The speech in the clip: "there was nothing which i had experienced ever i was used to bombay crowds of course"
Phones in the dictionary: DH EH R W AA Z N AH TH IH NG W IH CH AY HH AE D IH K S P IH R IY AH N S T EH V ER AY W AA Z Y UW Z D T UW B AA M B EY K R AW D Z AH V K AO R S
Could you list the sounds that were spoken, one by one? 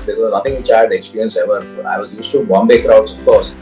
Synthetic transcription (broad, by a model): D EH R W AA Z N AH T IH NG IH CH AY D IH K S P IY R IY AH N S EH V ER AY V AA Z Y UW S T UW B AA M B EY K R AW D S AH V K AO R S